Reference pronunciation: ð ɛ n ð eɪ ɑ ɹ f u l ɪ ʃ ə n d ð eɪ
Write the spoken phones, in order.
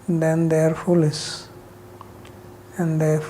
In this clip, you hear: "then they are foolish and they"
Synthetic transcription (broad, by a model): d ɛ n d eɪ ɑ ɹ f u l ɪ s ə n d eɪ